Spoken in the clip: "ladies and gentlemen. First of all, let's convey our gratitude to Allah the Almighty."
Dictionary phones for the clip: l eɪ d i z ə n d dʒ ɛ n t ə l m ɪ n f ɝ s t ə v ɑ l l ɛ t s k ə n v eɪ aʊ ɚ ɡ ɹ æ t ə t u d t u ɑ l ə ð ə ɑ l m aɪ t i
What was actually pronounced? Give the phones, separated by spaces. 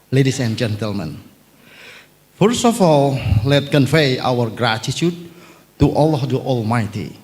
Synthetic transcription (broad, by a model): l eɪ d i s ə n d dʒ ɛ n t ə l m ɪ n f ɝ s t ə f ɑ l l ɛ t k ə n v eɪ aʊ ɚ ɡ ɹ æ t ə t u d t u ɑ l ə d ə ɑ l m aɪ t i